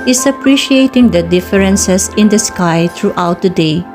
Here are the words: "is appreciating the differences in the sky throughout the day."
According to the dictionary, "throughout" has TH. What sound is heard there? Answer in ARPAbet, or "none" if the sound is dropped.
T